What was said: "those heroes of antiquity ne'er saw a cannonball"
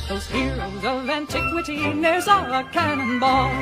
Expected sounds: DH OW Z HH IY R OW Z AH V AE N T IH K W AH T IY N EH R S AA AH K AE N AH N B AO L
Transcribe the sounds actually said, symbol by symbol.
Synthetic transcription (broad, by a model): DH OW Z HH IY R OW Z AH V AE N T IH K W AH T IY N EH R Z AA AH K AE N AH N B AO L